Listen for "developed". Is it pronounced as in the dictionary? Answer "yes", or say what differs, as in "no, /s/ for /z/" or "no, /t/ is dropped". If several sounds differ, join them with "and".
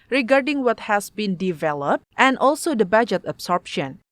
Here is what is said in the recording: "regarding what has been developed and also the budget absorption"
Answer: yes